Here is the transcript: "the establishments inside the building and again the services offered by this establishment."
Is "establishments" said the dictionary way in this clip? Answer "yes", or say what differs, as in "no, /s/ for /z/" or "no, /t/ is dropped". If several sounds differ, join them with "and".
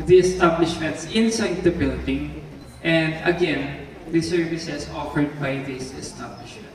yes